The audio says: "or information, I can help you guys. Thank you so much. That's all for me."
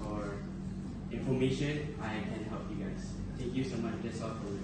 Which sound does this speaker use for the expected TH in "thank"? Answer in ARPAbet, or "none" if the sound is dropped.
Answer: T